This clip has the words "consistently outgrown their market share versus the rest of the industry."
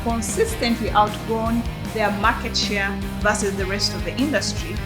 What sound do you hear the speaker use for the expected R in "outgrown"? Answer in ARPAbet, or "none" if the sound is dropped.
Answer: none